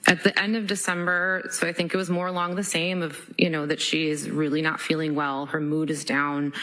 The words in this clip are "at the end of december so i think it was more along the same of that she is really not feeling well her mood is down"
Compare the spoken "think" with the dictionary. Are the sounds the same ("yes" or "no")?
yes